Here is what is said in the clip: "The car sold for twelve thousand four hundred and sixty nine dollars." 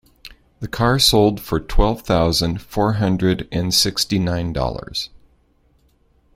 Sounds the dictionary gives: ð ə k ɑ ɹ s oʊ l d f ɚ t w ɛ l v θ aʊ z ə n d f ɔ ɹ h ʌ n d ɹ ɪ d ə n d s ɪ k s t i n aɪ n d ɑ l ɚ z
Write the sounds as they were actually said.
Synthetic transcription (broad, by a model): ð ə k ɑ ɹ s oʊ l d f ɚ t w ɛ l v θ aʊ z ə n d f ɔ ɹ h ʌ n d ɹ ɪ d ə n s ɪ k s t i n aɪ n d ɑ l ɚ z